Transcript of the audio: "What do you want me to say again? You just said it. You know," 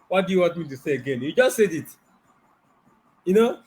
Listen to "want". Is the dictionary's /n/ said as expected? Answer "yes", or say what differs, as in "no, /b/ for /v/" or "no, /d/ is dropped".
no, /n/ is dropped